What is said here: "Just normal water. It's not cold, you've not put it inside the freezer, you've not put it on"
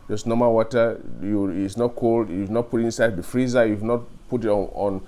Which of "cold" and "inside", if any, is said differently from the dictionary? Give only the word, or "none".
none